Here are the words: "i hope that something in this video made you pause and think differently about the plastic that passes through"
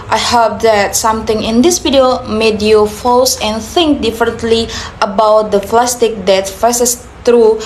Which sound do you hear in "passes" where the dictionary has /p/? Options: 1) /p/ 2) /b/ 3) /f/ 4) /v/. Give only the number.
3